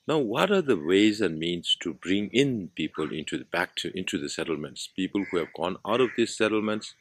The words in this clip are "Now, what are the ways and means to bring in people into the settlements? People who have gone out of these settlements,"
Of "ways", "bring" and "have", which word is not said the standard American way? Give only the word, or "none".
none